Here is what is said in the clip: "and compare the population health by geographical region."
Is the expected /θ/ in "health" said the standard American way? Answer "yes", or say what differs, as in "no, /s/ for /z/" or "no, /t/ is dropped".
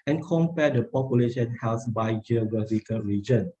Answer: no, /s/ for /θ/